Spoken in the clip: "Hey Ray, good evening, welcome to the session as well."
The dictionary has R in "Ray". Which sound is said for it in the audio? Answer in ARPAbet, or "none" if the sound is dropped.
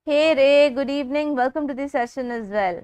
R